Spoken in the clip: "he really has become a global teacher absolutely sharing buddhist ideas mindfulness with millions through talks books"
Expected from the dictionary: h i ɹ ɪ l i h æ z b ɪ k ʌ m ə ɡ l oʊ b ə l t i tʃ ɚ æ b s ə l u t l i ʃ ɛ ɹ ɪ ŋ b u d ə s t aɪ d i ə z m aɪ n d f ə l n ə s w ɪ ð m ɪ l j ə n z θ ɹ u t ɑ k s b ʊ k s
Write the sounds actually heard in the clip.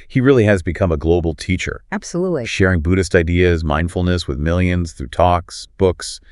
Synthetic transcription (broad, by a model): h i ɹ ɪ l i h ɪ z b ɪ k ʌ m ə ɡ l oʊ b l t i tʃ ɚ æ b s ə l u t l i ʃ ɛ ɹ ɪ ŋ b u d ə s t aɪ d i ə z m aɪ n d f l n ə s w ɪ ð m ɪ l j ə n z θ ɹ u t ɑ k s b ʊ k s